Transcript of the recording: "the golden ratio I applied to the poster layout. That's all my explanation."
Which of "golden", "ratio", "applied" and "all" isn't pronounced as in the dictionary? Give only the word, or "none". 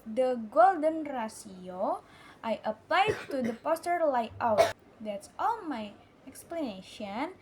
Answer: ratio